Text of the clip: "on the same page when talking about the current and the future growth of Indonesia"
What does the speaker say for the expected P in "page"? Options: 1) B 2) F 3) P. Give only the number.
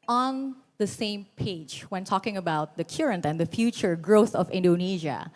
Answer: 3